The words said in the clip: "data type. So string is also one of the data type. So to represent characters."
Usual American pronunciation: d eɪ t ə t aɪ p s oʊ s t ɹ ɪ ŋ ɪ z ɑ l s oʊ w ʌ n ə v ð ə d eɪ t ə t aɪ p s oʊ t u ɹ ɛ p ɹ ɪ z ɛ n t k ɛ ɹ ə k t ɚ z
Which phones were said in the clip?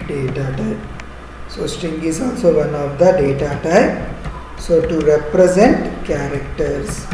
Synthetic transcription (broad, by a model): d eɪ t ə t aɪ s oʊ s t ɪ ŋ ɪ z ɑ l s oʊ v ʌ n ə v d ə d eɪ t ə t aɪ s oʊ t u ɹ ɛ p ɹ ɪ z ɛ n t k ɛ ɹ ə k t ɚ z